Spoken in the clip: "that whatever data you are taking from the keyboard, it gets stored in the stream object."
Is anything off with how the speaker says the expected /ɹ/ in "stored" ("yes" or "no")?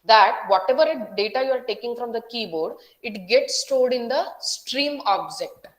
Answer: yes